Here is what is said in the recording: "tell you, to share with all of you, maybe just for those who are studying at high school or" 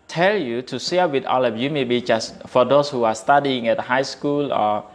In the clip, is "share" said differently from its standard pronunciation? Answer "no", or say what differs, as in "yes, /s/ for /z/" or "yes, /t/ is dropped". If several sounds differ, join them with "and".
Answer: yes, /s/ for /ʃ/